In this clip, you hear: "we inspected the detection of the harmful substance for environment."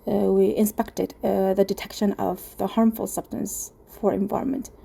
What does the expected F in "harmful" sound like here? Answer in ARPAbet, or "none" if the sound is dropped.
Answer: F